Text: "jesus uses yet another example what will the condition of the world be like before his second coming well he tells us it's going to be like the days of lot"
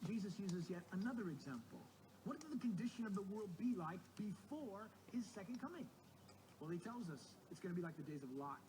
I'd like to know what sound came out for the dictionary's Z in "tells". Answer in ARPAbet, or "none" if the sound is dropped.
Z